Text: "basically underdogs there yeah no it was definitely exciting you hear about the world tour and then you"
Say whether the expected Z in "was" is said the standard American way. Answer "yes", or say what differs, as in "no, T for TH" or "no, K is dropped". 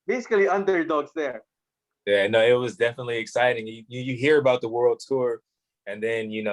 yes